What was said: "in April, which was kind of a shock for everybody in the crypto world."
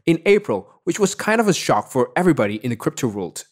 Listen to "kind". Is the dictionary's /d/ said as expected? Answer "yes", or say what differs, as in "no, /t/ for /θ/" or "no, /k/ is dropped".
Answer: yes